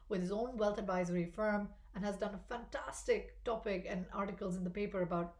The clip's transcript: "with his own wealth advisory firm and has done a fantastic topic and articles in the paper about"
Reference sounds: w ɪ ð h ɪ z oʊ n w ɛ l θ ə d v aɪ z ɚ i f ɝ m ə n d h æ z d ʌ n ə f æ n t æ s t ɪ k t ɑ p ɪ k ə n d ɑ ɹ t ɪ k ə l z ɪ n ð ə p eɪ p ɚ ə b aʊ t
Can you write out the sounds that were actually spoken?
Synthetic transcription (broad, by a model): w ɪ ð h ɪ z oʊ n w ɛ l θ ə d v aɪ z ɚ i f ɝ m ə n h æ z d ʌ n ə f æ n t æ s t ɪ k t ɑ p ɪ k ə n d ɑ ɹ t ɪ k ə l z ɪ n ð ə p eɪ p ɚ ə b aʊ t